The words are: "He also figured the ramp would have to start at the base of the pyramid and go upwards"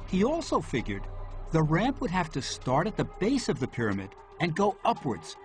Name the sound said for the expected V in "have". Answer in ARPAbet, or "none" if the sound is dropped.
F